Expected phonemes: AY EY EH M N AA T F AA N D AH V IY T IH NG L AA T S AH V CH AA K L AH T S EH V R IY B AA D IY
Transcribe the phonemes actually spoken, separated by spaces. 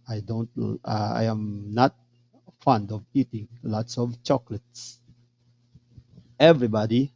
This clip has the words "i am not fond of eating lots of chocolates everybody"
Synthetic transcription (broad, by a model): AY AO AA M N AA T F AA N D AH V IY T IH NG L AA T S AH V CH AA K L AH T S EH V R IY B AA D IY